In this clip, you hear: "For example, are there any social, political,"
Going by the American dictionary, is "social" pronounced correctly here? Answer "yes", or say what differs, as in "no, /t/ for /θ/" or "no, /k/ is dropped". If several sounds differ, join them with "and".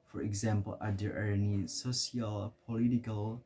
no, /s/ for /ʃ/